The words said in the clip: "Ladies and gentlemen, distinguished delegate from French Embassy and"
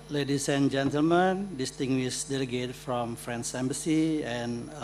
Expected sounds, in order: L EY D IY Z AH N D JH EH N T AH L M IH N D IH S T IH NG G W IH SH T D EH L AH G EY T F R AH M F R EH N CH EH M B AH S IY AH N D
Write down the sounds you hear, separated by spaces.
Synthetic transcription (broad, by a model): L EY D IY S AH N JH EH N T AH L M IH N D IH S T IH NG G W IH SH D EH L AH G EY T F R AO M F R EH N S EH M B AH S IY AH N